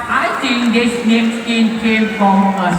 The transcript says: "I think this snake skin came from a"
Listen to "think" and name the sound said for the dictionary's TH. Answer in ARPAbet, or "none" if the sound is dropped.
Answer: T